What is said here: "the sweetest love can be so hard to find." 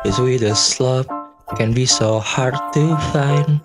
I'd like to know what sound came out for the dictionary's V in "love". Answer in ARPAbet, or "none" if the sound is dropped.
P